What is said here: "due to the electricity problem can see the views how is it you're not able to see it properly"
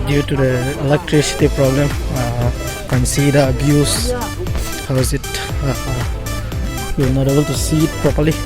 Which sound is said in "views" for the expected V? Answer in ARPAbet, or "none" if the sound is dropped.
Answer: B